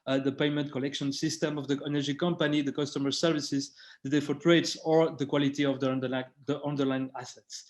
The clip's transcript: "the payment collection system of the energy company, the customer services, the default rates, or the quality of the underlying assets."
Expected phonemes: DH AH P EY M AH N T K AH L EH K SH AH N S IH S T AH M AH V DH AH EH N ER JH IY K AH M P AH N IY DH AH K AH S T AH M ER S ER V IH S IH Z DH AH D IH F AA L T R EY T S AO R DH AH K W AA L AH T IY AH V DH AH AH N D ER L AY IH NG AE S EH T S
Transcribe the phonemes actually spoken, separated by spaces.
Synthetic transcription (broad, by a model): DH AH P EY M AH N T K AH L EH K SH AH N S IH S T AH M AH V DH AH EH N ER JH IY K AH M P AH N IY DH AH K AH S T AH M ER S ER V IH S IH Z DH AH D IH F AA T R EY T S AO R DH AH K W AA L AH T IY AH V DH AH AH N D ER L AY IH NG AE S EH T S